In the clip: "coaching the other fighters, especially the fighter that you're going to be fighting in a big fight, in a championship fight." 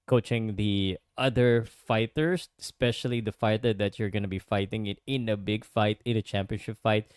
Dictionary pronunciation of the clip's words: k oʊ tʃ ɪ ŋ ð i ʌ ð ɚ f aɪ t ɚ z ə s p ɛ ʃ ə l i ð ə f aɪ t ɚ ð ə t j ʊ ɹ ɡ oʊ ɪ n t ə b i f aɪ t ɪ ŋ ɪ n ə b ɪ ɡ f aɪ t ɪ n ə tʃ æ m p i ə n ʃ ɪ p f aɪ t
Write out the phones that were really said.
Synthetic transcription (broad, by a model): k oʊ tʃ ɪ ŋ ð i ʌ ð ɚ f aɪ t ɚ s ə s p ɛ ʃ ə l i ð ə f aɪ t ɚ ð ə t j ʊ ɹ ɡ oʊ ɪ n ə b i f aɪ t ɪ ŋ ɪ n ə b ɪ ɡ f aɪ t ɪ n ə tʃ æ m p i ə n ʃ ɪ p f aɪ t